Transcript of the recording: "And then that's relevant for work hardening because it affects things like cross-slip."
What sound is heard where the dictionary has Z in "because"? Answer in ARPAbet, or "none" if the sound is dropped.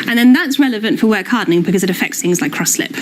Z